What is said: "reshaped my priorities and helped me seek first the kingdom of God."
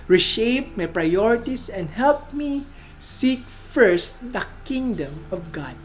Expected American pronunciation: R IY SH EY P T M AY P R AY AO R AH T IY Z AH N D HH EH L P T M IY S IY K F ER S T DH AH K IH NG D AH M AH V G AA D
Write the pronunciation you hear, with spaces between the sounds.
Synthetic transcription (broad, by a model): R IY SH EY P M AY P R AY AO R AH T IY S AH N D HH EH L P M IY S IY K F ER S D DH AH K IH NG D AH M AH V G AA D